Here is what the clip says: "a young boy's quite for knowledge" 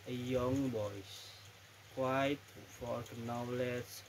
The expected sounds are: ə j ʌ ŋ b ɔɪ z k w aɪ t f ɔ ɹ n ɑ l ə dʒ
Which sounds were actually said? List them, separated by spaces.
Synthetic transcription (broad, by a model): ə j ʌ ŋ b ɔɪ s k w aɪ t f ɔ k n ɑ l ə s